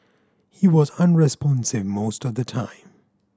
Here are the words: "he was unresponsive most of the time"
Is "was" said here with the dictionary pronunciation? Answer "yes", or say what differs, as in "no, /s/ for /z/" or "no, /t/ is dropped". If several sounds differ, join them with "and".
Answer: yes